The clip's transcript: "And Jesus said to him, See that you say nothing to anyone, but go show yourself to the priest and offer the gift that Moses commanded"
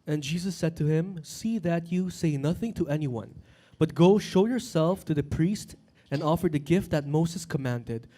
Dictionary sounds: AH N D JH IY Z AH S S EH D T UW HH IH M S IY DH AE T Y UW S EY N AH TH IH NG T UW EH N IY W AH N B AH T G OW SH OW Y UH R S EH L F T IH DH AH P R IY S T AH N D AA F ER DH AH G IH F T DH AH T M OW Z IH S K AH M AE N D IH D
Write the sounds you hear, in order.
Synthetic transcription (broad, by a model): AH N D JH IY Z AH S S EH D T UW HH IH M S IY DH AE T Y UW S EY N AH TH IH NG T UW EH N IY W AH N B AH T G OW SH OW Y UH R S EH L F T IH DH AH P R IY S T AH N D AA F ER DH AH G IH F T DH AH T M OW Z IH S K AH M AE N D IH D